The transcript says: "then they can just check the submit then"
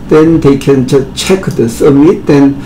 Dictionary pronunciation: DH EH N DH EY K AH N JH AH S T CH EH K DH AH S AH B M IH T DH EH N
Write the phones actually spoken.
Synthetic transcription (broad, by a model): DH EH N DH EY K AH N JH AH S CH EH K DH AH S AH M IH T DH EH N